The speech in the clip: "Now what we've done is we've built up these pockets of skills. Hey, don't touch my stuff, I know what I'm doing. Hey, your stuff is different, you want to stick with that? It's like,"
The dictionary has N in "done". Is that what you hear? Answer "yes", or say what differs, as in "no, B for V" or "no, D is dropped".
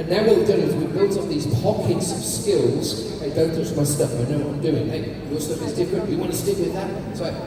no, N is dropped